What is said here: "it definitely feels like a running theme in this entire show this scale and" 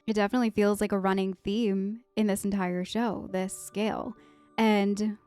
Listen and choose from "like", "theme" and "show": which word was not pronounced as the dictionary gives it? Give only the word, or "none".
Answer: none